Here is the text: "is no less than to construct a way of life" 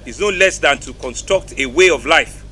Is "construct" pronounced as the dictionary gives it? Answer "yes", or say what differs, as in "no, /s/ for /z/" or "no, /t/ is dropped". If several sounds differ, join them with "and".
yes